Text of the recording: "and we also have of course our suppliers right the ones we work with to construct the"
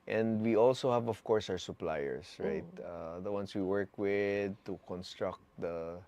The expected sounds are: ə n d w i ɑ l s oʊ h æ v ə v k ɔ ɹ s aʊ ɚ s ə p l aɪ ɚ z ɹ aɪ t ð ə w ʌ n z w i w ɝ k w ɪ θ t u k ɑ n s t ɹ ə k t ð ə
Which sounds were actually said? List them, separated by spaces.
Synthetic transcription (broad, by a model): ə n d w i ɑ l s oʊ h æ v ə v k ɔ ɹ s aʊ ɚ s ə p l aɪ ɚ s ɹ aɪ t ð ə w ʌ n s w i w ɝ k w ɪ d t u k ɑ n s t ɹ ə k t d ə